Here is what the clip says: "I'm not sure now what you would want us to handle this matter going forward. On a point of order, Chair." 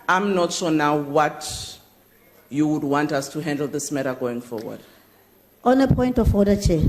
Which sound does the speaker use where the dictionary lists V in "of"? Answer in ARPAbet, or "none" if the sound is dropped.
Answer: F